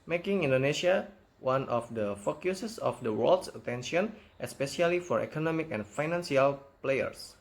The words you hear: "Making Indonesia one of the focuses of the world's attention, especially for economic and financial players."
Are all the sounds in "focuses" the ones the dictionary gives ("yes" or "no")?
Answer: no